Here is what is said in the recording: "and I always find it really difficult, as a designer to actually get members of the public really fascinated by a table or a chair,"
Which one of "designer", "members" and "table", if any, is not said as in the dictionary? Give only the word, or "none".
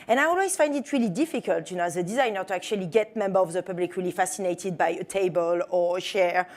members